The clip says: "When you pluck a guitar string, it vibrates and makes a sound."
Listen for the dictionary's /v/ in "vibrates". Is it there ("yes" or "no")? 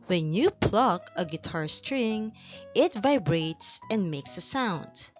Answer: yes